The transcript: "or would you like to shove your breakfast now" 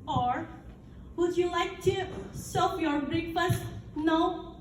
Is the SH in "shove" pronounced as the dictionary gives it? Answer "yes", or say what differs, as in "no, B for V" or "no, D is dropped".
no, S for SH